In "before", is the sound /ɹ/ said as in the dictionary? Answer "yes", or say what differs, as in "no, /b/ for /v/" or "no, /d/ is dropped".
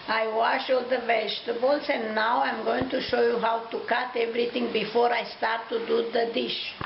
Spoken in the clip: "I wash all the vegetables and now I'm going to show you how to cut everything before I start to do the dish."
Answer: yes